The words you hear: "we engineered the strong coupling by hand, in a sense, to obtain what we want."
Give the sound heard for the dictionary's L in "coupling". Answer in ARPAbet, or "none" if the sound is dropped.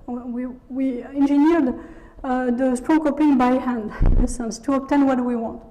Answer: none